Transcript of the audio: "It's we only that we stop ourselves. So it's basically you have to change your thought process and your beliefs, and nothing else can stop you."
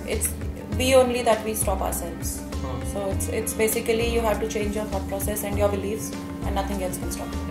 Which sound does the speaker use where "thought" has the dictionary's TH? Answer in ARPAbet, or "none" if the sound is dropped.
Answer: F